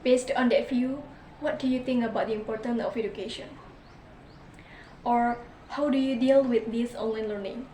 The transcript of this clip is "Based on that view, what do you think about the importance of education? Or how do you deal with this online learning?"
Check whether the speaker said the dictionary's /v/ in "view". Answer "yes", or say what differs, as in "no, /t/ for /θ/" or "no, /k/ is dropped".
no, /f/ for /v/